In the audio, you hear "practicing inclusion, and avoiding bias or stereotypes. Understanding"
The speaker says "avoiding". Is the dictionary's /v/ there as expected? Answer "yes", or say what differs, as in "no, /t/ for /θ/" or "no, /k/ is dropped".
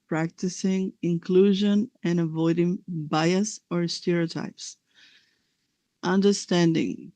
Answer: yes